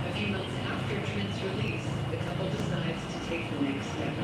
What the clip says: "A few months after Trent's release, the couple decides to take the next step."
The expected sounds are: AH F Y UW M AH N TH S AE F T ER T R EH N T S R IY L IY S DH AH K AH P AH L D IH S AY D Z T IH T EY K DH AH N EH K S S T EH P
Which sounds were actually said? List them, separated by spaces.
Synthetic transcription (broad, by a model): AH F Y UW M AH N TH S AE F T ER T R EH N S R IY L IY S DH AH K AH P L D IH S AY D Z T IH T EY K DH AH N EH K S S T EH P